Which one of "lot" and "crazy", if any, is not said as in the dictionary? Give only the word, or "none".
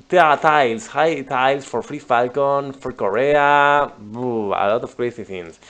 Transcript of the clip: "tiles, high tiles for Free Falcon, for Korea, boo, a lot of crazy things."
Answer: crazy